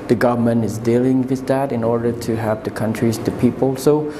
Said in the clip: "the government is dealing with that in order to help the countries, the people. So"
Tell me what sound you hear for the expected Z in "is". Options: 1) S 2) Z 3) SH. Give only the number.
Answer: 2